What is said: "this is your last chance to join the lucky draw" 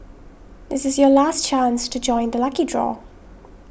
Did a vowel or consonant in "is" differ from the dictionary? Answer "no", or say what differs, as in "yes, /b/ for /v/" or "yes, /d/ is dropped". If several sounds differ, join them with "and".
no